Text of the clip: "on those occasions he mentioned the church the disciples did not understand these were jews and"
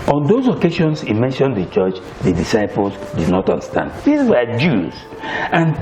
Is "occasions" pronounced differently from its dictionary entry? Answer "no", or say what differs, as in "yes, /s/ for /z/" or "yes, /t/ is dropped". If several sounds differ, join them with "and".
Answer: yes, /ʃ/ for /ʒ/